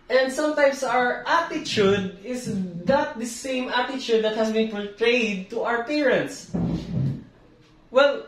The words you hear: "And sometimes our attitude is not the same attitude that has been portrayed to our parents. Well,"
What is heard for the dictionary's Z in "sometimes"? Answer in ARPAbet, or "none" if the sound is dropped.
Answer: S